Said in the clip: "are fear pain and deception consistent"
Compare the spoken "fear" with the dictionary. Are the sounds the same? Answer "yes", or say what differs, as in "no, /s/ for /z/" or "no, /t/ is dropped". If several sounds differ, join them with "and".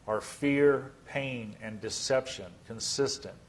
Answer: yes